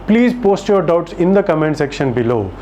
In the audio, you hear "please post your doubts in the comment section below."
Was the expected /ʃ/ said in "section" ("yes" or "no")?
yes